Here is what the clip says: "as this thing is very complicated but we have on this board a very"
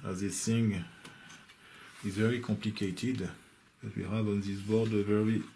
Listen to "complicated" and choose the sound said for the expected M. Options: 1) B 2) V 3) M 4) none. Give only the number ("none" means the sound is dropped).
3